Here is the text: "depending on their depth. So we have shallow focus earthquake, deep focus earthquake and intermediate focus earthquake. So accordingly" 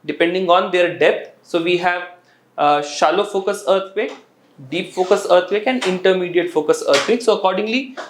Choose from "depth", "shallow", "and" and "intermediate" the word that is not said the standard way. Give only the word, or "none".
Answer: depth